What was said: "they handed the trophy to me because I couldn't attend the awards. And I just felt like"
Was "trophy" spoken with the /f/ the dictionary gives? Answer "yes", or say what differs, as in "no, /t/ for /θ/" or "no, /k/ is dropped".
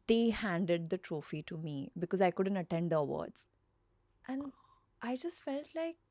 yes